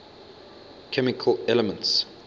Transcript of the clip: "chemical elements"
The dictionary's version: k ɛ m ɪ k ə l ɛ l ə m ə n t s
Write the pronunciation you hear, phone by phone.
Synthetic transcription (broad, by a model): k ɛ m ɪ k ə l ɛ l ə m ə n t s